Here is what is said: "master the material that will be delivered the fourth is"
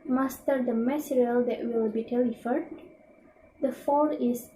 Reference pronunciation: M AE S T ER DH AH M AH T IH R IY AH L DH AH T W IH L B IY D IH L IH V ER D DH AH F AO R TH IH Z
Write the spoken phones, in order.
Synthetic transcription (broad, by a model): M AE S T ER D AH M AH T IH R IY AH L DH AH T W IH L B IY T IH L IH F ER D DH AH F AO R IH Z